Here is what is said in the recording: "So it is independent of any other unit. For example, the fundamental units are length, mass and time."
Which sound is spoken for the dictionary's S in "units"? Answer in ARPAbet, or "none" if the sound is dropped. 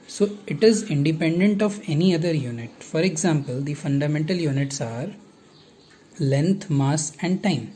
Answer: S